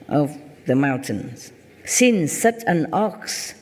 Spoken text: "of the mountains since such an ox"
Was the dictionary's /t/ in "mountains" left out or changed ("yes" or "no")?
no